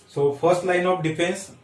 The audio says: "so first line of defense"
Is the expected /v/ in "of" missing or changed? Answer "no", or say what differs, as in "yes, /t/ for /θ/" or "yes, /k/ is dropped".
yes, /p/ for /v/